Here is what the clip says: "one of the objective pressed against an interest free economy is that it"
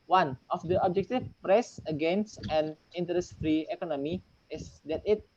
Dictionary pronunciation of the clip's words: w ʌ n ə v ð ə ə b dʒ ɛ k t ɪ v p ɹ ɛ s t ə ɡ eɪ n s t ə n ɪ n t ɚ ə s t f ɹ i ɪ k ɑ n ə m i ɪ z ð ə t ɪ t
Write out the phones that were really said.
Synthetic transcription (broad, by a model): w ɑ n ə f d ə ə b dʒ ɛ k t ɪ f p ɹ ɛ s ə ɡ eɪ n s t ə n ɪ n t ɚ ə s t f ɹ i ɪ k ɑ n ə m i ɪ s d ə t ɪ t